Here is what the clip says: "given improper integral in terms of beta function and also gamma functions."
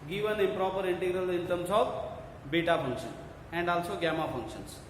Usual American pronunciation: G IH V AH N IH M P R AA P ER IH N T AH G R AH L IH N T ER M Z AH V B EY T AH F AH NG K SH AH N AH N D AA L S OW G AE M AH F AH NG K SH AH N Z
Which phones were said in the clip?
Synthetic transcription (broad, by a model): G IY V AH N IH P R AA P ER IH N T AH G R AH L IH N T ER M S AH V B EY T AH P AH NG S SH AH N AH N D AA L S OW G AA M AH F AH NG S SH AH N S